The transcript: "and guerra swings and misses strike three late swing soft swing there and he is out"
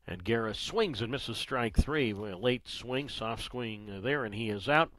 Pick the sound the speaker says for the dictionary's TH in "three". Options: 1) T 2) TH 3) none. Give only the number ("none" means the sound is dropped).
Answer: 2